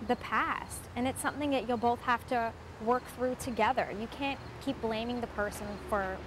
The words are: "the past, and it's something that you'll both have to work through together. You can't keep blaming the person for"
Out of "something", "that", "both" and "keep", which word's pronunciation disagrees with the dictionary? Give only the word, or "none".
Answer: none